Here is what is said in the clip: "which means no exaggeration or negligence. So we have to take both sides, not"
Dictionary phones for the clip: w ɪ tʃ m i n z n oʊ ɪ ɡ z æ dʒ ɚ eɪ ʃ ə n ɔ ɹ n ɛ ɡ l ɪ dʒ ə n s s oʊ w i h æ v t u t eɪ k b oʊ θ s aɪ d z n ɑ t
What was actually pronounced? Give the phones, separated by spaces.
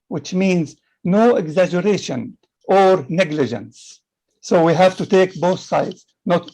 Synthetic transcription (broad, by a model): w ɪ tʃ m i n z n oʊ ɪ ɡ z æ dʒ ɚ eɪ ʃ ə n ɔ ɹ n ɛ ɡ l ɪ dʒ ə n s s oʊ w i h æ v t u t eɪ k b oʊ θ s aɪ d z n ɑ t